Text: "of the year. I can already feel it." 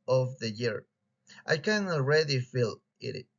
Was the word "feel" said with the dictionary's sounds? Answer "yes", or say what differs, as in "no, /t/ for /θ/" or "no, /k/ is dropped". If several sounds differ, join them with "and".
yes